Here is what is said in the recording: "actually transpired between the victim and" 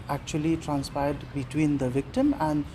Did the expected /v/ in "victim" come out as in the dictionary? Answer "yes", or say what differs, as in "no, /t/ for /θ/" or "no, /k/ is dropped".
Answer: yes